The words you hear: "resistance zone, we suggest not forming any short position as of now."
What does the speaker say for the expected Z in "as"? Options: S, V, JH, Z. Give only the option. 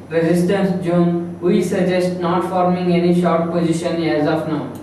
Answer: Z